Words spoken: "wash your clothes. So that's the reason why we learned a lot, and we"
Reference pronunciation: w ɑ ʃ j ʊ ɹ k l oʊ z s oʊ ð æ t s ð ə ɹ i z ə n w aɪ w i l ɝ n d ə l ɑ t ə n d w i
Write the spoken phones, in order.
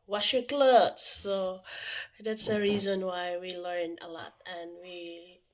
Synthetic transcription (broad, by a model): w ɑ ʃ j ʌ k l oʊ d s oʊ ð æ t s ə ɹ i z ə n w aɪ w i l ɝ n ə l ɑ t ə n w i